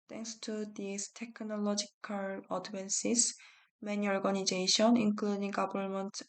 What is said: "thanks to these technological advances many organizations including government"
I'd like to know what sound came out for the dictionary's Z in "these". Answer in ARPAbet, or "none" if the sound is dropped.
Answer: S